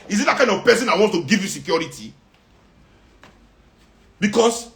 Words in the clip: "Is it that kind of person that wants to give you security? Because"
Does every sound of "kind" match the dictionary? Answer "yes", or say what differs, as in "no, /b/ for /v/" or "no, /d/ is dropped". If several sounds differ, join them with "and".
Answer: no, /d/ is dropped